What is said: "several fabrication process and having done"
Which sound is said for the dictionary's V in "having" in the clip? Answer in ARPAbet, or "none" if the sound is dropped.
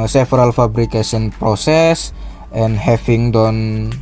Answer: F